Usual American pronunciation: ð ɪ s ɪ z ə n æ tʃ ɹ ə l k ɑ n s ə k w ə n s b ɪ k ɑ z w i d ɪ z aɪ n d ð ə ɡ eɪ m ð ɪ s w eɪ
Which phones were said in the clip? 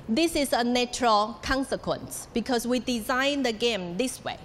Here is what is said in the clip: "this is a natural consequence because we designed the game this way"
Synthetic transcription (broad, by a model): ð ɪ s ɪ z ə n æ tʃ ɹ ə l k ɑ n s ə k w ə n s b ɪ k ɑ s w i d ɪ z aɪ n d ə ɡ eɪ m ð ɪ s w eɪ